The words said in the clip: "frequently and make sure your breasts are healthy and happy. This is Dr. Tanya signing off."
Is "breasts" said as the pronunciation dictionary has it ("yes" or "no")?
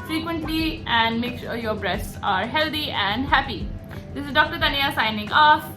yes